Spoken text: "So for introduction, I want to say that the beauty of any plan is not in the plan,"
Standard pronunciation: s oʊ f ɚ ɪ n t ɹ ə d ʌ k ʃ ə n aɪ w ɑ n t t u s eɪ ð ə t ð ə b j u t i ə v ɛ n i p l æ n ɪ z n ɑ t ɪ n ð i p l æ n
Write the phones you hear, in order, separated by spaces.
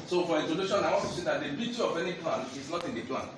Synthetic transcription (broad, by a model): s oʊ f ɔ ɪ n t ə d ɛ ʃ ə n aɪ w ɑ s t t u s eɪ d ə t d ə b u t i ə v ɛ n i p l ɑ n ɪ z n ɑ t ɪ n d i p l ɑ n